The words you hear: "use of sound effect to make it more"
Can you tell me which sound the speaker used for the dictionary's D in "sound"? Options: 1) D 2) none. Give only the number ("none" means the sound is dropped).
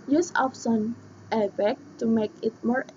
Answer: 2